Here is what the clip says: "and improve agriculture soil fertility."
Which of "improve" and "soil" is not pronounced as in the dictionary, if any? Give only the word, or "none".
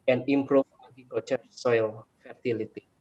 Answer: improve